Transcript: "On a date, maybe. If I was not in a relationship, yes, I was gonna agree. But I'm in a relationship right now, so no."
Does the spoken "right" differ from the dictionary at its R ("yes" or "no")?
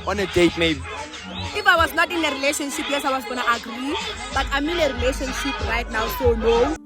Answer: no